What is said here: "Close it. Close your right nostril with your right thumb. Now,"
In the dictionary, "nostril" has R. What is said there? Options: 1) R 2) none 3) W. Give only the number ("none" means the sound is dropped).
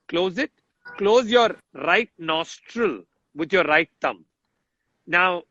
1